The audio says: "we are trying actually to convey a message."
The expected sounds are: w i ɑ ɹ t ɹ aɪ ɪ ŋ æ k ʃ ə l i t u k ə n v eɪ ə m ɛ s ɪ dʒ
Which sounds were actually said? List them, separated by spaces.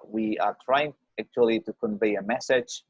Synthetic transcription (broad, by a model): w i ɑ ɹ t ɹ aɪ ɪ ŋ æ k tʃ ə l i t u k ə n v eɪ ə m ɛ s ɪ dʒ